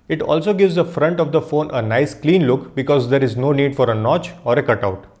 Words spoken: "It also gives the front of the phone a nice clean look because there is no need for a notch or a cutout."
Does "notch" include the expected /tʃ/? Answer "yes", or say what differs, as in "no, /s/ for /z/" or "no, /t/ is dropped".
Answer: yes